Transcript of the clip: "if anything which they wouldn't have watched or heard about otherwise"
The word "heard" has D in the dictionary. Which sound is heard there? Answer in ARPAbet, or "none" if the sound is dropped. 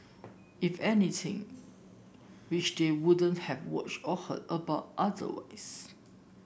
none